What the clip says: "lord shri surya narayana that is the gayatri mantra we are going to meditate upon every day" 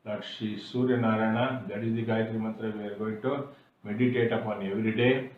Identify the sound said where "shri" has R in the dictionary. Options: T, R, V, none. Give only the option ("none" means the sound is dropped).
none